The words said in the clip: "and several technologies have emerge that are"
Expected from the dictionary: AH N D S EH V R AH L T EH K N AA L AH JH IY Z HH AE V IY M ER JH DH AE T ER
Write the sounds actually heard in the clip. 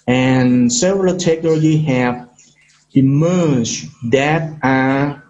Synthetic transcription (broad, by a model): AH N S EH V R AH L T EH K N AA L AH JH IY HH AE V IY M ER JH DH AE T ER